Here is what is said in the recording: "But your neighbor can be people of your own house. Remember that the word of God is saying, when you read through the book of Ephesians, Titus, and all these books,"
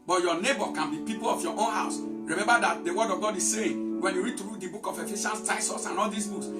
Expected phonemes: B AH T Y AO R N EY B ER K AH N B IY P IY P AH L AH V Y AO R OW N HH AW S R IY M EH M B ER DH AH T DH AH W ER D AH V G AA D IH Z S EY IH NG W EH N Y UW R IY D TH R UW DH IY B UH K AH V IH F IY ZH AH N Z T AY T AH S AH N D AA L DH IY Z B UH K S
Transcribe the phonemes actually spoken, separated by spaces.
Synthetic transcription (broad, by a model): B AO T Y AO N EY B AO K AH N B IY P IY P AH L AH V Y AO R OW N HH AW S R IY M EH M B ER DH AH T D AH W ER D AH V G AA D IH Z S EY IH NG W EH N Y UW R IY D T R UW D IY B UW K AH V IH F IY SH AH N S T AY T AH S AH N AA L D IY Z B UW K S